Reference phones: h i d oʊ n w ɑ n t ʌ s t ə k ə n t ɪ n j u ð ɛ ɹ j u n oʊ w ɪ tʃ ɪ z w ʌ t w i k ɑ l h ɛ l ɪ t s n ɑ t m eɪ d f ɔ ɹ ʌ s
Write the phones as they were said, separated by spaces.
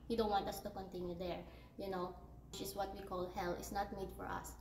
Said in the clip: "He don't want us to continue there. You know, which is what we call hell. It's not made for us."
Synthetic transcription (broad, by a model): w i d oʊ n w ɑ n t ʌ s t ə k ə n t ɪ n j u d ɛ ɹ j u n oʊ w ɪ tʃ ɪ s w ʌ t w i k ɑ l h ɛ l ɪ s n ɑ t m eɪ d f ɔ ɹ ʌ s